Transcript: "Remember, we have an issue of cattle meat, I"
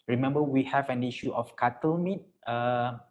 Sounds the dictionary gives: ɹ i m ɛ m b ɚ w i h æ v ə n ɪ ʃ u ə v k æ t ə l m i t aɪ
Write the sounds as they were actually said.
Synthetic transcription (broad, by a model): ɹ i m ɛ m b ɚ w i h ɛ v ə n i ʃ u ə f k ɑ t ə l m i t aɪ